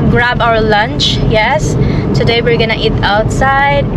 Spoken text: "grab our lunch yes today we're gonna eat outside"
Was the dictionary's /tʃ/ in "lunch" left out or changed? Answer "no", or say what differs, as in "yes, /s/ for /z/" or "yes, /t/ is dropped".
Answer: no